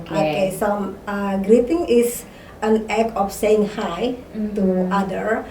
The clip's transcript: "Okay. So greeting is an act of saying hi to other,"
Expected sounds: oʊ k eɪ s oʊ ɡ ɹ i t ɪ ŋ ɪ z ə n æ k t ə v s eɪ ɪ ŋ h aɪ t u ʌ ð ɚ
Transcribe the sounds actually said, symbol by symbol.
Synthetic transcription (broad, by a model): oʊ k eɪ s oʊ ɡ ɹ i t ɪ ŋ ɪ s ə n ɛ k ə f s eɪ ɪ ŋ h aɪ t u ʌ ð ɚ